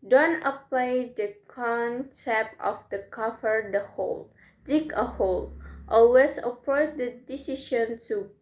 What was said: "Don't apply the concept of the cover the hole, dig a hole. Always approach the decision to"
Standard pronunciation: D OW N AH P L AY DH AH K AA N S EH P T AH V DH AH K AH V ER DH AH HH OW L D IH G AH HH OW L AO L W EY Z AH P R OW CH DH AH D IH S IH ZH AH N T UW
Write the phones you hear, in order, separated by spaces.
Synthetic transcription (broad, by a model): D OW N AH P L AY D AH K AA N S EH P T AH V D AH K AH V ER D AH HH OW L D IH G AH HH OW L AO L W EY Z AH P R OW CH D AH D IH S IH SH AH N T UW